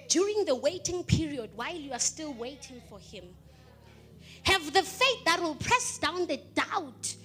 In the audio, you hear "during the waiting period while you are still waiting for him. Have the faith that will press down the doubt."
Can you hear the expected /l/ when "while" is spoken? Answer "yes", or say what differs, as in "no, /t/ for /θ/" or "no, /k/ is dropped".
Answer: yes